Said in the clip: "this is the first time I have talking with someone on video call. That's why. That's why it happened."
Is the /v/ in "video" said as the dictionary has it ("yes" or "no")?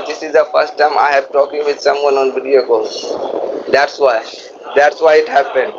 no